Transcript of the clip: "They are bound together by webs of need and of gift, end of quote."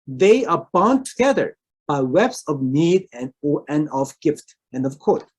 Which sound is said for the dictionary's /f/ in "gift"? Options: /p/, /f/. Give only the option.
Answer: /f/